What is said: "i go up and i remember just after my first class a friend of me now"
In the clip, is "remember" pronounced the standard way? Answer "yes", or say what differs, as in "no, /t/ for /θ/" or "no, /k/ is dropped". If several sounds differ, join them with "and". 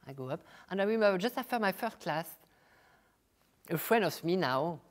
no, /w/ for /ɹ/